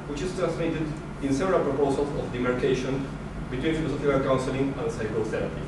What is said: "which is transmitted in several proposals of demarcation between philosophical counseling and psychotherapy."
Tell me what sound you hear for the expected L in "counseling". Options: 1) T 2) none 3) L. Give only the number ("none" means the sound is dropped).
3